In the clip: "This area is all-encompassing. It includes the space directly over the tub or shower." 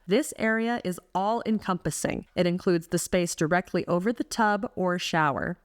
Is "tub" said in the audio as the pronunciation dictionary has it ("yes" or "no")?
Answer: yes